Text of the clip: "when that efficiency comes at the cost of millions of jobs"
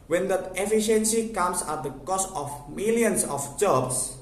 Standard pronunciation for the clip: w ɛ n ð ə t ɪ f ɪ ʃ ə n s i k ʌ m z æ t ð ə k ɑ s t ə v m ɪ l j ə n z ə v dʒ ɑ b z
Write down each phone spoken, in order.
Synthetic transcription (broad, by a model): w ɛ n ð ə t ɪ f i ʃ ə n s i k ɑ m s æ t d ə k ɑ s t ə f m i l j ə n s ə f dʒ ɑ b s